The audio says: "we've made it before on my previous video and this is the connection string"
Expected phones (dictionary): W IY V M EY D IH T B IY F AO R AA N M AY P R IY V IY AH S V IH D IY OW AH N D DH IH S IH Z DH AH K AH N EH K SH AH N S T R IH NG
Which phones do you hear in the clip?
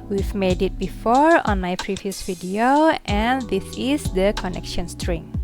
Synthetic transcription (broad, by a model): W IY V M EY D IH T B IY F AO R AA N M AY P R IY V IY AH S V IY D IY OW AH N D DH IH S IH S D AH K AH N EH K SH AH N S T R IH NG